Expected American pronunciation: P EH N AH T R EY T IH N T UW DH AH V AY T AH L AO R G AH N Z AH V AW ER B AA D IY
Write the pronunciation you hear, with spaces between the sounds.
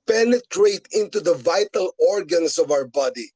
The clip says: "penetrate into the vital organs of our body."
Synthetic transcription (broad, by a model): P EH N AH T R EY T IH N T UW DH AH V AY T AH L AO R G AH N S AH V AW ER B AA D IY